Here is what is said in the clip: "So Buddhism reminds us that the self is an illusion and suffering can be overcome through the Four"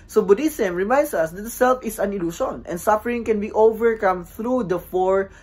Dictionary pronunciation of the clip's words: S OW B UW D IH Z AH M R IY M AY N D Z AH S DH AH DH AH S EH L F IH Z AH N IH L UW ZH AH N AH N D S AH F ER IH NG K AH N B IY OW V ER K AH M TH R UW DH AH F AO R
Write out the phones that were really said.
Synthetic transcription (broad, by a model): S OW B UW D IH S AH M R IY M AY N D S AH S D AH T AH S EH L F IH S AH N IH L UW SH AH N AH N D S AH F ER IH NG K AH N B IY OW V ER K AH M TH R UW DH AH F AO R